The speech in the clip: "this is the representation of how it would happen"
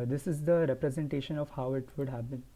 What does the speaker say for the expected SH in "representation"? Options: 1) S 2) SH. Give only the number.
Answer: 2